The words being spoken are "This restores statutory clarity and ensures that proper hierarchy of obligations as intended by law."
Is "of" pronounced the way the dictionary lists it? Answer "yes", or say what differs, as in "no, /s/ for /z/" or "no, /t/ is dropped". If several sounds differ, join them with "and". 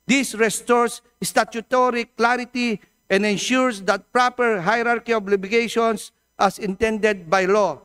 no, /b/ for /v/